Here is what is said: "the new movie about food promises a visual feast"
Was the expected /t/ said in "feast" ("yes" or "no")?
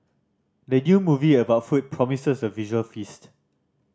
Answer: yes